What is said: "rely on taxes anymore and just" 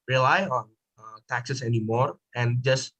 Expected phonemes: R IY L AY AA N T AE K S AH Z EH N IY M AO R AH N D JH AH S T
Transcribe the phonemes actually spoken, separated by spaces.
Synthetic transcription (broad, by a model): R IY L AY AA N T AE K S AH S EH N IY M AO R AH N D JH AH S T